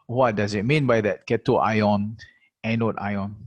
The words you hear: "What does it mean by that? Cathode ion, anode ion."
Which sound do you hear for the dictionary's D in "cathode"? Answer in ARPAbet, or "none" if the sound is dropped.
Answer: none